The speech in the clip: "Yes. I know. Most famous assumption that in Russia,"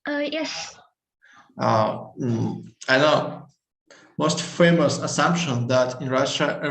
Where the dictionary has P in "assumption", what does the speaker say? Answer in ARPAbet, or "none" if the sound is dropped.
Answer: P